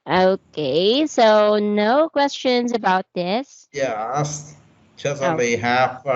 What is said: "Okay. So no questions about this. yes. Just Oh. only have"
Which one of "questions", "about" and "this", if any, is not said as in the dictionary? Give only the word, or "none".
none